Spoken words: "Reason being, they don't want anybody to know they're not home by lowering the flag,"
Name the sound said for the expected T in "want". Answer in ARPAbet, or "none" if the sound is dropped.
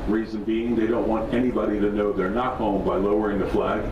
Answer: T